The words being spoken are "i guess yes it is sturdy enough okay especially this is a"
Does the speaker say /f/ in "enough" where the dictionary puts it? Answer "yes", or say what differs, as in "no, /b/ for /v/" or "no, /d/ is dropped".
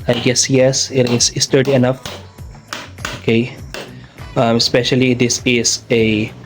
yes